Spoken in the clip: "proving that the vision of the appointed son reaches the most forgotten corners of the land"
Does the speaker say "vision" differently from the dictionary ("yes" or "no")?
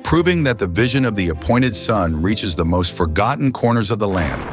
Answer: no